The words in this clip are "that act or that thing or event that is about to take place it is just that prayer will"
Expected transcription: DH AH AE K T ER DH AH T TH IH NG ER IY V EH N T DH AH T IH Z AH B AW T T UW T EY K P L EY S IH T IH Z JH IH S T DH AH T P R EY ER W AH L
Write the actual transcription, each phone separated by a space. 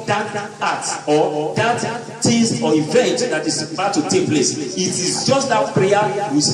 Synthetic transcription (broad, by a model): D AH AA T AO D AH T T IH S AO IY V EH N T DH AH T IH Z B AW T T UW T EY K P L EY S IH T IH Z JH IH S T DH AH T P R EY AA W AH